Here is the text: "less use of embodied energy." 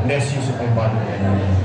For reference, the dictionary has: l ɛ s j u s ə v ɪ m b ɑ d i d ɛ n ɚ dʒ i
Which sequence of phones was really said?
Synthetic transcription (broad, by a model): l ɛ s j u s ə p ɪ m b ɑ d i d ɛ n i